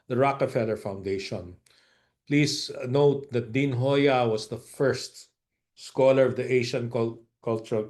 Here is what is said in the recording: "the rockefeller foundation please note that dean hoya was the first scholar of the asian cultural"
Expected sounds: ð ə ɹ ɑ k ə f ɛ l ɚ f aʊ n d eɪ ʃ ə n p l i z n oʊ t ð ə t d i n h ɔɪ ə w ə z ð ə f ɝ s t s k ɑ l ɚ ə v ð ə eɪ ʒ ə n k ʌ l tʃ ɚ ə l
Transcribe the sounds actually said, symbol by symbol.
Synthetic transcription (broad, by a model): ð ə ɹ ɑ k ə f ɛ l ɚ f aʊ n d eɪ ʃ ə n p l i s n oʊ t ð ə t d i n h ɔɪ ə w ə s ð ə f ɝ s t s k ɑ l ɚ ə v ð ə eɪ ʃ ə n k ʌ l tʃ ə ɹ